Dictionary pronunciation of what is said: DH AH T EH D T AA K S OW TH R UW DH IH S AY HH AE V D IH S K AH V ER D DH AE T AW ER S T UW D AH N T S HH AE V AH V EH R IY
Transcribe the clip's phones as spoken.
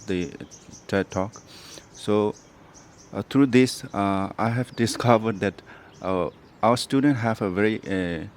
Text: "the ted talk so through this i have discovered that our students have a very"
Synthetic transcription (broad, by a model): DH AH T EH T AA K S OW T R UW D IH S AY HH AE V D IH S K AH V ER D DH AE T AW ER S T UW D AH N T HH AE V AH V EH R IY